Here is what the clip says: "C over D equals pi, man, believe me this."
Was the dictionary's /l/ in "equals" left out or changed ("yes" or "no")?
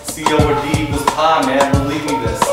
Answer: yes